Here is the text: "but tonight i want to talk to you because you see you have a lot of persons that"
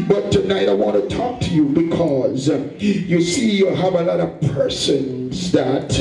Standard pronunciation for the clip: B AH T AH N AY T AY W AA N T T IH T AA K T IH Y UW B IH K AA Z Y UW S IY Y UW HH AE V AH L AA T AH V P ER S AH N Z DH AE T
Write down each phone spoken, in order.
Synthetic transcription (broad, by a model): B AH T AH N AY T AY W AA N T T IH T AA K T IH Y UW B IH K AA Z Y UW S IY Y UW HH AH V AH L AA T AH V P ER S AH N Z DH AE T